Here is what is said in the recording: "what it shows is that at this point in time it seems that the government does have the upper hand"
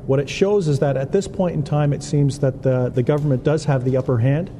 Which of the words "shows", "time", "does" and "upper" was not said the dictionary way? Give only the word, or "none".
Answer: none